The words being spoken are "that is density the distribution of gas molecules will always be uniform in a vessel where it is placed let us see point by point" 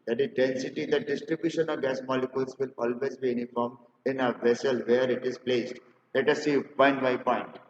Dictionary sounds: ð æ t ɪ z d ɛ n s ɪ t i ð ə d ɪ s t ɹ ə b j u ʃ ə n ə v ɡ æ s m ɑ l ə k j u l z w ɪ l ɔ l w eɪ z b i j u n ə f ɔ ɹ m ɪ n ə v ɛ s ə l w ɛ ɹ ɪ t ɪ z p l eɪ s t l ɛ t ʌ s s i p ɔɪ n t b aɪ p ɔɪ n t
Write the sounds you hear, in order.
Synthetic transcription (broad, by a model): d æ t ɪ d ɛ n s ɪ t i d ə d ɪ s t ɹ ə b j u ʃ ə n ə v ɡ æ s m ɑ l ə k j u l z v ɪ l ɔ l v eɪ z b i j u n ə f ɔ ɹ m ɪ n ə v ɛ s ə l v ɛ ɹ ɪ t ɪ z p l eɪ s t l ɛ t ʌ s s i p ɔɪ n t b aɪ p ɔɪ n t